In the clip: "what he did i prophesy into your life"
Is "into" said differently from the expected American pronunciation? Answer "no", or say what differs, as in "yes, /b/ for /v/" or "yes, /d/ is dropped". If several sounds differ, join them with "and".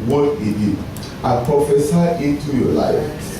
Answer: yes, /n/ is dropped